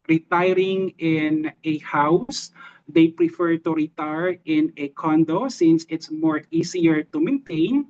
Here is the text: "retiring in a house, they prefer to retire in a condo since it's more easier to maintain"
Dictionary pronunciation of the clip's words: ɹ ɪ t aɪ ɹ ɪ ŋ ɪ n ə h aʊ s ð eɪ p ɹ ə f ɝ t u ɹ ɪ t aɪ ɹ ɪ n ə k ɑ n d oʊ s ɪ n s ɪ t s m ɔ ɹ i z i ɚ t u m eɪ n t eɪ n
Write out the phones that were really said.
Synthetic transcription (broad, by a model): ɹ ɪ t aɪ ɹ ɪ ŋ ɪ n ə h aʊ s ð eɪ p ɹ ə f ɝ t u ɹ ɪ t aɪ ɹ ɪ n ə k ɑ n d oʊ s ɪ n s ɪ t s m ɔ ɹ i s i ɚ t u m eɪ n t eɪ n